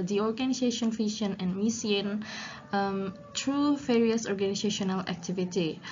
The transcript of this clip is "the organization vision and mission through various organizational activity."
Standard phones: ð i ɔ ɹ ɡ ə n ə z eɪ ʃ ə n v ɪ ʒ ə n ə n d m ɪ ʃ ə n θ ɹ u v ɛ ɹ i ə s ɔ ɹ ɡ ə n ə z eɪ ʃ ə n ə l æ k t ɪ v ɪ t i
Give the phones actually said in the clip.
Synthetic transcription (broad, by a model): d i ɔ ɹ ɡ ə n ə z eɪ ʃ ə n f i ʃ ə n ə n m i s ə n t ɹ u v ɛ ɹ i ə s ɔ ɹ ɡ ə n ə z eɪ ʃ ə n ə l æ k t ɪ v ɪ t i